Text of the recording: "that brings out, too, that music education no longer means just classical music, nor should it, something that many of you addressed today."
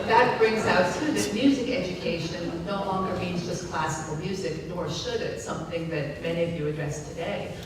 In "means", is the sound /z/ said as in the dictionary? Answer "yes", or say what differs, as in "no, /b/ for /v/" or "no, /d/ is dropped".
yes